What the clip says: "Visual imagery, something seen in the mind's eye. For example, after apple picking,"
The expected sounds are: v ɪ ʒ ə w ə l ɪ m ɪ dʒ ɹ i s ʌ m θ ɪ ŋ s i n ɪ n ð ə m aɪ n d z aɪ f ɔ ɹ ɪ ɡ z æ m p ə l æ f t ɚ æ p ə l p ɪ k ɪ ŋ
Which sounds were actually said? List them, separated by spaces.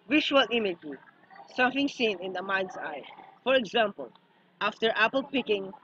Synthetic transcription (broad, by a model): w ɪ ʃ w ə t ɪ m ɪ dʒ i s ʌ m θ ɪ ŋ s i n ɪ n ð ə m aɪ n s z aɪ f ɔ ɹ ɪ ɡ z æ m p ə l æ f t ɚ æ p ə l p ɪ k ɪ ŋ